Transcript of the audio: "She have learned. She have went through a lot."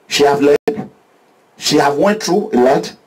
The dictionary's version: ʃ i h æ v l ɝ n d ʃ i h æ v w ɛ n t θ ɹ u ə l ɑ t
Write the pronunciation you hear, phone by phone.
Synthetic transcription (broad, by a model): ʃ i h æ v l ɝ d ʃ i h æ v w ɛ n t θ ɹ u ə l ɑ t